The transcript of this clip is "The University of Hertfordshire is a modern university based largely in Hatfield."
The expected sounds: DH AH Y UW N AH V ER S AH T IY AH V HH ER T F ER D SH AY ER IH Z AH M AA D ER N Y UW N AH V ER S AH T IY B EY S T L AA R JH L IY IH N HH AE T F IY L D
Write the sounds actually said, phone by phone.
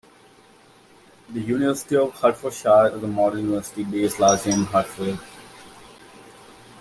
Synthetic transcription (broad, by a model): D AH Y UW N AH V ER S AH T IY AH V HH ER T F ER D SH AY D IH Z AH M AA D ER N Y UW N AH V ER S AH T IY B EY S L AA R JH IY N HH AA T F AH D